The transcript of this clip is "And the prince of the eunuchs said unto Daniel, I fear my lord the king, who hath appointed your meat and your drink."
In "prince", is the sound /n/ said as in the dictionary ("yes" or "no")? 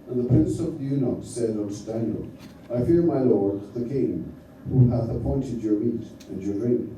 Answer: yes